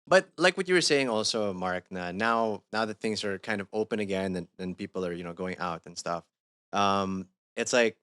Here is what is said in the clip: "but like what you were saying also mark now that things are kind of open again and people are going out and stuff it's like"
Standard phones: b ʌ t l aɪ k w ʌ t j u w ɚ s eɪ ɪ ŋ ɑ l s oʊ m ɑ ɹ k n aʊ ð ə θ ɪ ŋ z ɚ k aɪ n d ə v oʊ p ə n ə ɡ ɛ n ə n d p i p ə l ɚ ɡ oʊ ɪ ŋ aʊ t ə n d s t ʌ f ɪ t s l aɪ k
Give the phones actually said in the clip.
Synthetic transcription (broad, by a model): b ʌ t l aɪ k w ʌ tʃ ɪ w ɚ s eɪ ɪ ŋ ɑ l s oʊ m ɑ ɹ k n aʊ ð ə θ ɪ ŋ z ɚ k aɪ n d ə v oʊ p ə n ə ɡ ɛ n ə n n p i p l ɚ ɡ oʊ ɪ ŋ aʊ t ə n s t ʌ f ɪ t s l aɪ k